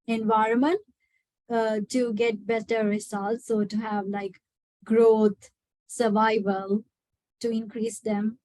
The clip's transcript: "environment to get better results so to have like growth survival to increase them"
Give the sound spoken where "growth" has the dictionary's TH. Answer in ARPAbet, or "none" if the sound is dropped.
T